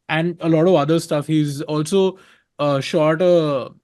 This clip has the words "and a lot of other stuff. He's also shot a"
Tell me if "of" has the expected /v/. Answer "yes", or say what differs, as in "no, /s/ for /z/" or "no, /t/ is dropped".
yes